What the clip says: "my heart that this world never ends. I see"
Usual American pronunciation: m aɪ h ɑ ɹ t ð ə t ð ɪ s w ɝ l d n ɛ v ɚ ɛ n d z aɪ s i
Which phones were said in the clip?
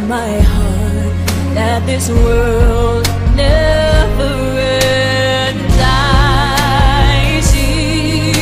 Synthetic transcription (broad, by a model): m aɪ h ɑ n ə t ð ɪ s w ɝ l d n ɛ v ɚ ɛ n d aɪ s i